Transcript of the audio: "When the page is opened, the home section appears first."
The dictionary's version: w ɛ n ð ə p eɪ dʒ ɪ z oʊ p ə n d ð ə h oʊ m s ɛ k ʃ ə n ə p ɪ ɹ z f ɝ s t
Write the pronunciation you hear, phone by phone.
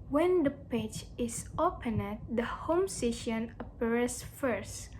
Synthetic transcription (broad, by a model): w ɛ n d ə p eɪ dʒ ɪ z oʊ p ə n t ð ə h oʊ m s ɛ ʃ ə n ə p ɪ ɹ s f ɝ s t